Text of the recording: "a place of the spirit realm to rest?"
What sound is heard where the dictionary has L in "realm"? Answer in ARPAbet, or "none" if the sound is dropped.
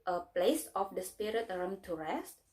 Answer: none